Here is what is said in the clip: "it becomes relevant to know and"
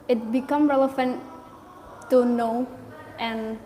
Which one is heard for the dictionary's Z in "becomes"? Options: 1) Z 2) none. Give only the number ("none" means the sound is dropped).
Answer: 2